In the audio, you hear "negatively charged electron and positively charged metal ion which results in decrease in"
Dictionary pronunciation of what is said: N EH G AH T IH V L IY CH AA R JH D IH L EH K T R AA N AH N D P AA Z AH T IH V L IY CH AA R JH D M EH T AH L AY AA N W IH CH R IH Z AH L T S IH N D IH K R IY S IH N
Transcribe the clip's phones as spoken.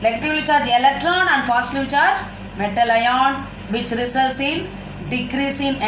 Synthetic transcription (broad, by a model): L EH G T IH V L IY CH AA R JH IH L EH K T R AA N AH N D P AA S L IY CH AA R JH M EH T AH L AY AA N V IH CH R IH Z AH L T S IH N D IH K R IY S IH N